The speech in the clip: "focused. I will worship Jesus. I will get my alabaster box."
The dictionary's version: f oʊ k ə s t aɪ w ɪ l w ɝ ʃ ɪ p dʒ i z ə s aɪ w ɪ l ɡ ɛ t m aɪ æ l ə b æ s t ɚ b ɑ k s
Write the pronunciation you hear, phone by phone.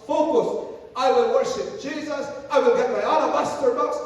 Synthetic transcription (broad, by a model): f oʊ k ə s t aɪ w ɪ l w ɝ ʃ ɪ p dʒ i z ə s aɪ w ɪ l ɡ ɛ t m aɪ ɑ n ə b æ s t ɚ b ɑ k s